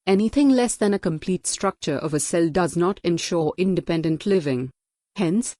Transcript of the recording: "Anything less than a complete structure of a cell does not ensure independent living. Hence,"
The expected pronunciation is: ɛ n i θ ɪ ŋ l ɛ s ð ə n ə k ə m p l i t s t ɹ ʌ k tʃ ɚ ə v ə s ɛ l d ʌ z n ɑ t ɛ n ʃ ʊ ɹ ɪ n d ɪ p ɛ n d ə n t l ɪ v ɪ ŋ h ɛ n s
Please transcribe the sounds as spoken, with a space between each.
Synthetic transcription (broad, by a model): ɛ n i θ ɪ ŋ l ɛ s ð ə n ə k ə m p l i t s t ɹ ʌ k tʃ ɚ ə v ə s ɛ l d ʌ z n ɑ t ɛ n ʃ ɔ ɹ ɪ n d ɪ p ɛ n d ə n t l ɪ v ɪ ŋ h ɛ n s